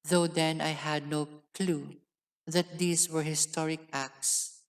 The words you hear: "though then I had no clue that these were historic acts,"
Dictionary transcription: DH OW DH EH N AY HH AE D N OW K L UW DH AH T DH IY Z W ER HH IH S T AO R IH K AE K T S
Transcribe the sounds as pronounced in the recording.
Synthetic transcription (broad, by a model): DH OW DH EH N AY HH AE D N OW K L UW DH AH T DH IY S W ER HH IH S T AO R IH K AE K T S